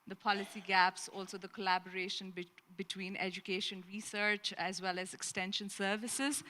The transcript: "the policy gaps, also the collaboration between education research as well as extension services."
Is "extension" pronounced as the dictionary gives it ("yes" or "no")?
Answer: yes